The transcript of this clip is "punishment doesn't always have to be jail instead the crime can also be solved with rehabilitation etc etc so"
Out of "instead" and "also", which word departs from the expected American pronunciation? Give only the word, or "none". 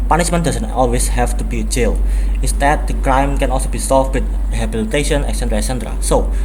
instead